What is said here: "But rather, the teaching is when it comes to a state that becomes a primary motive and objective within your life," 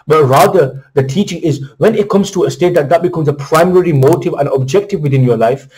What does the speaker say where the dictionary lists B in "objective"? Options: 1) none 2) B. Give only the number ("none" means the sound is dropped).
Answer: 2